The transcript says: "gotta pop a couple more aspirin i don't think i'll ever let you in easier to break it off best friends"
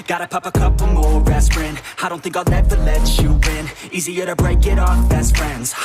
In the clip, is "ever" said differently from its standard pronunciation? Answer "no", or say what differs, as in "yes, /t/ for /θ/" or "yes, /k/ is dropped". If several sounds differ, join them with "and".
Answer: yes, /f/ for /v/